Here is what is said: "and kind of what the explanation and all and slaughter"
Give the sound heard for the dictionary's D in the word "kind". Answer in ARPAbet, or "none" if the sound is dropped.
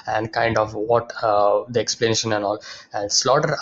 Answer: D